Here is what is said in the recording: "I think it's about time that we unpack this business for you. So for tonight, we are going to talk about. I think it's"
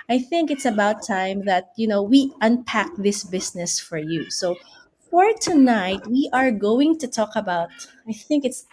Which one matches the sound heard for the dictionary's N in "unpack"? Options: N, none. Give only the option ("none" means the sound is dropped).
N